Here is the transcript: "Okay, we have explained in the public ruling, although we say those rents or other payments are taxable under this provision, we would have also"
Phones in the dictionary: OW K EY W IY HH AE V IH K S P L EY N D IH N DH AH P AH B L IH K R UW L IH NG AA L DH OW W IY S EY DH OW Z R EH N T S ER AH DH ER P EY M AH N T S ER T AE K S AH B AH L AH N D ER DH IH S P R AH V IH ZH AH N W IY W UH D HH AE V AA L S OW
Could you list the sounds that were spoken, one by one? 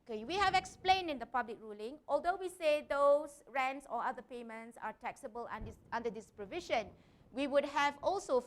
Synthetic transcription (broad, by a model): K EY W IY HH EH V IH K S P L EY N D IH N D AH P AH B L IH K R UW L IH NG AA L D OW W IY S EY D OW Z R EH N T S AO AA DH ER P EY M AH N T S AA T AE K S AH B AH L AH N D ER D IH S P R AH V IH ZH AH N W IY W UH D HH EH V AA L S OW